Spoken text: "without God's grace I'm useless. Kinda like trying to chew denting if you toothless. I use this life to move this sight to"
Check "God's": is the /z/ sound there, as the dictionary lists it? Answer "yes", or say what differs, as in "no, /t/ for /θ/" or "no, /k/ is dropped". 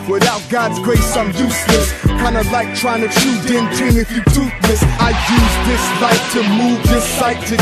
yes